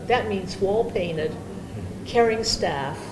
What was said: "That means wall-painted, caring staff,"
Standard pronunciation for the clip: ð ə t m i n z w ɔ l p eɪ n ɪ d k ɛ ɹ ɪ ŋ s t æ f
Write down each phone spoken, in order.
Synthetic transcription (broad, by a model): ð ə t m i n z w ɔ l p eɪ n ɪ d k ɛ ɹ ɪ ŋ s t æ f